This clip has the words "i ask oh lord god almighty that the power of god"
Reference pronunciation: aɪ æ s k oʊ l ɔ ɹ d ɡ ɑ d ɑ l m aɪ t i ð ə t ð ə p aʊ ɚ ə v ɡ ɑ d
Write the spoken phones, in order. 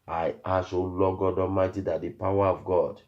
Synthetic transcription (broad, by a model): aɪ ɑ s oʊ l ɔ ɡ ɑ d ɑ m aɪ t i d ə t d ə p aʊ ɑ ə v ɡ ɑ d